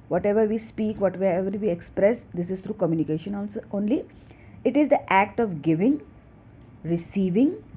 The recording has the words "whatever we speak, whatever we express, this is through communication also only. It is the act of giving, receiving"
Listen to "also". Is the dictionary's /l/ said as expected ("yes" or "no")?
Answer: no